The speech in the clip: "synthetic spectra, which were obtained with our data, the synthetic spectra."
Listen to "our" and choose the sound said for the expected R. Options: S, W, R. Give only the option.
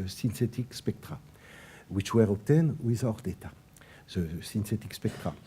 R